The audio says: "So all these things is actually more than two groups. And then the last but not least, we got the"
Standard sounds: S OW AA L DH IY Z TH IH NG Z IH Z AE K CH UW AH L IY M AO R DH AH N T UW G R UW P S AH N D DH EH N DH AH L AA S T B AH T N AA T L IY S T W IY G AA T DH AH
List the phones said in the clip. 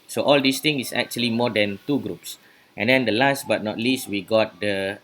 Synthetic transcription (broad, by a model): S OW AA L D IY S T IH NG IH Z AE K CH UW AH L IY M AO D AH N T UW G R UW P S AH N D EH N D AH L AA S T B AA T N AA T L IY S T W IY G AA T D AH